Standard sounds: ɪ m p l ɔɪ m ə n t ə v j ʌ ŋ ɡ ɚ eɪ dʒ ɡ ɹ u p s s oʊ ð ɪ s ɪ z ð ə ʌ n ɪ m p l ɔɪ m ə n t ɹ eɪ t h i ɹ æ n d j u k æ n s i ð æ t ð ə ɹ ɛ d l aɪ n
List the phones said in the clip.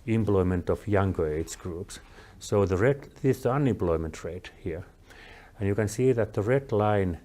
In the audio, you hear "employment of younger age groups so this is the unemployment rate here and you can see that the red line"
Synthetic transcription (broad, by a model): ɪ m p l ɔɪ m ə n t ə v j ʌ ŋ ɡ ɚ eɪ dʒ ɡ ɹ u p s s oʊ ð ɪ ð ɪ s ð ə ʌ n ɪ m p l ɔɪ m ə n t ɹ eɪ t h i ɹ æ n j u k æ n s i ð æ t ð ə ɹ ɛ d l aɪ n